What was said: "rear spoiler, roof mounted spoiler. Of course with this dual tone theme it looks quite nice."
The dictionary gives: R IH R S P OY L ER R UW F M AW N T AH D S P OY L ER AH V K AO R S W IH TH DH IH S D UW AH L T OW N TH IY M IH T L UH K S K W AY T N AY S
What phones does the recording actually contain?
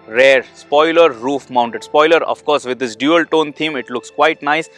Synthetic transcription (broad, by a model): R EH R S P OY L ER R UW F M AW N T AH D S P OY L ER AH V K AO R S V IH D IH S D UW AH L T OW N T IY M IH T L UH K S K W AY T N AY S